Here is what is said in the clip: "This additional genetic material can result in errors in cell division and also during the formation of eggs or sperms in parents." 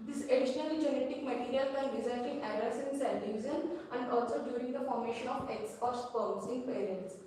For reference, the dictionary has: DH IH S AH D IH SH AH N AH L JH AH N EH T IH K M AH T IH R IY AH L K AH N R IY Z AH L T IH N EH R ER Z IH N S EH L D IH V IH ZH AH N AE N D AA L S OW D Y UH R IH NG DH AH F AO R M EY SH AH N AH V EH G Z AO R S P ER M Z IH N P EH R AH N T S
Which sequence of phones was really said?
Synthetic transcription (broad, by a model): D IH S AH D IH SH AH N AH L JH AH N EH T IH K M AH T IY R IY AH L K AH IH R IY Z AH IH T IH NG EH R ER S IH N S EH N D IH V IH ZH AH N AE N D AA L S OW D Y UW R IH NG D AH F AO R M EY SH AH N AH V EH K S AO R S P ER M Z IH N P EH R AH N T S